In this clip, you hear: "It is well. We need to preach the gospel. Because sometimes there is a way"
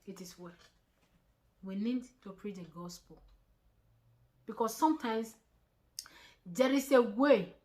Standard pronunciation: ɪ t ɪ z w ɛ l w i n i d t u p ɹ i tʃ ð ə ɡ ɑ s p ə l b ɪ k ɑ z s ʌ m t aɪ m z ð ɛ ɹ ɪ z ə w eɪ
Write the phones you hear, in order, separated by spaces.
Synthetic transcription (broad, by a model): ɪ t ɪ s w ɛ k w i n i d t u p ɹ i tʃ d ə ɡ ɑ s p ə l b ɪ k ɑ s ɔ m t aɪ m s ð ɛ ɹ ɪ s ə w eɪ